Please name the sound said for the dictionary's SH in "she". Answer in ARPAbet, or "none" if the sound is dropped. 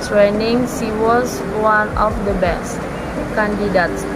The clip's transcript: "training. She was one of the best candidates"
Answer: S